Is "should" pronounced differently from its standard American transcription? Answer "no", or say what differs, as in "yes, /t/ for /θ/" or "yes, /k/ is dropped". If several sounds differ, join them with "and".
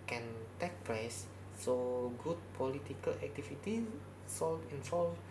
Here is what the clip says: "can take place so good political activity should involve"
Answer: yes, /s/ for /ʃ/